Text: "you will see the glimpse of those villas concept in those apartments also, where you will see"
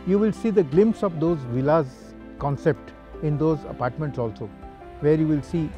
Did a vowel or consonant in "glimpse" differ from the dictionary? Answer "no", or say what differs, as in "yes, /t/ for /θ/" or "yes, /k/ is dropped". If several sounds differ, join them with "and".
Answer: no